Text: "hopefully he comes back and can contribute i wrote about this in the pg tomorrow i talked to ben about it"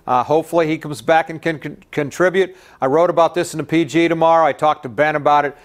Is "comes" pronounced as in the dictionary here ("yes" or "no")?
yes